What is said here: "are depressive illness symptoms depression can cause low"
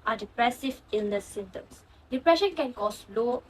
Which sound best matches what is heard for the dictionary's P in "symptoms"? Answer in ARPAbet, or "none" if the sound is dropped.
none